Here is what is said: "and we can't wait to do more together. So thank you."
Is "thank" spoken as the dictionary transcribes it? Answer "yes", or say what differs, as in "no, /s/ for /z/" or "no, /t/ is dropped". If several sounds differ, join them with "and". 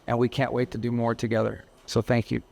yes